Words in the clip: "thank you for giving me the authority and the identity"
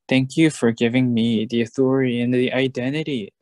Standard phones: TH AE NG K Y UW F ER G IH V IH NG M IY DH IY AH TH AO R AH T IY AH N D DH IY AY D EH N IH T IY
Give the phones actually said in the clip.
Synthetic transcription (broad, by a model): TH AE NG K Y UW F ER G IH V IH NG M IY DH IY AH TH AO R AH T IY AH N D DH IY AY D EH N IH T IY